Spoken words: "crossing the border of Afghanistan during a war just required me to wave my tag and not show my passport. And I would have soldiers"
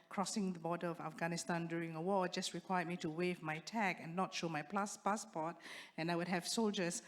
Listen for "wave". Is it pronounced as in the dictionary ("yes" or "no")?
yes